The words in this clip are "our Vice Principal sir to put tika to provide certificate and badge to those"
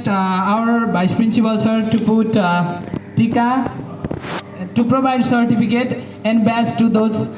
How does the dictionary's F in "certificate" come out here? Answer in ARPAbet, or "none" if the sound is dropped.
P